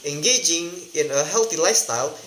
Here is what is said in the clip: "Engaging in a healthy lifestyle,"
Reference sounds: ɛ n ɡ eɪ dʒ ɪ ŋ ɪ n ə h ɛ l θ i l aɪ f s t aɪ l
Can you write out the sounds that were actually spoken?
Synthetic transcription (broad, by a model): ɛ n ɡ eɪ dʒ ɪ ŋ ɪ n ə h ɛ l t i l aɪ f s t aɪ l